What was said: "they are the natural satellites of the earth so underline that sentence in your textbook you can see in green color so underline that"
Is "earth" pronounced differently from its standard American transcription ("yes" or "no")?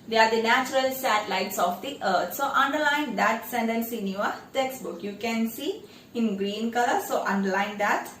yes